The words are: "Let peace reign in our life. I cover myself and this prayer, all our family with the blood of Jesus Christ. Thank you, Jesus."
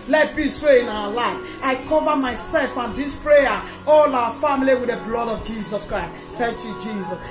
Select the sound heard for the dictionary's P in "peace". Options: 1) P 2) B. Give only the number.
2